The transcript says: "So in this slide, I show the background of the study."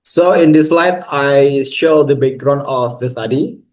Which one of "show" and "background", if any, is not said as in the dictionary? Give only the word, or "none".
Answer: background